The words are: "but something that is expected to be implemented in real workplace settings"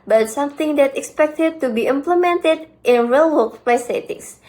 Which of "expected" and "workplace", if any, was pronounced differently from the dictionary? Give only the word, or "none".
workplace